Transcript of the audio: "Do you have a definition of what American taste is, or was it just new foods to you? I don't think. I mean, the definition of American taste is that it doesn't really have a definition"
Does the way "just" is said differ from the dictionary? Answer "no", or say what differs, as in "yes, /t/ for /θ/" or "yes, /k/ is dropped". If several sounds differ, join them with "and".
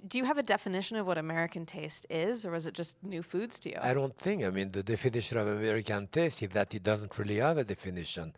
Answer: yes, /ʒ/ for /dʒ/